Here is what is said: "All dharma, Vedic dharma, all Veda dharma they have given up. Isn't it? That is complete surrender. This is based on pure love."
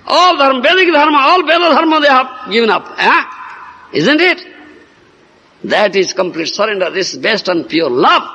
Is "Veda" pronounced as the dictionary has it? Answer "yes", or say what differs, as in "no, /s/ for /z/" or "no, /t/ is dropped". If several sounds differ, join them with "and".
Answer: no, /b/ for /v/